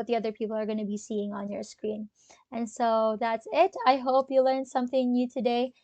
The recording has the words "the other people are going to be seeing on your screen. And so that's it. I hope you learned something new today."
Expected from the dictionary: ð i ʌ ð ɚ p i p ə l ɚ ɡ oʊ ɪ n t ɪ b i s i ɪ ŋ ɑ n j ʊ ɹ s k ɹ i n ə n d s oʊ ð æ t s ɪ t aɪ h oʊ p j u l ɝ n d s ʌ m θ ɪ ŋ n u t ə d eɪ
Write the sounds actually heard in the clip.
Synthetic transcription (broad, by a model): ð i ʌ ð ɚ p i p l ɚ ɡ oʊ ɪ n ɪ b i s i ɪ ŋ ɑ n j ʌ ɹ s k ɹ i n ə n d s oʊ ð æ t s ɪ t aɪ h oʊ p j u l ɝ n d s ʌ m θ ɪ ŋ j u t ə d eɪ